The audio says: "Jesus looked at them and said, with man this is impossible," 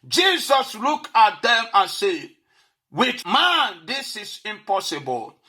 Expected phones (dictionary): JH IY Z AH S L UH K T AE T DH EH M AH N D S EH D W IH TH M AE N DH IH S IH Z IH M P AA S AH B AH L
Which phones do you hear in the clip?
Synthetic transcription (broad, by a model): JH IY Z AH S L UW K AA T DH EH M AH N S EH W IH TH M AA N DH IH S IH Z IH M P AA S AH B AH L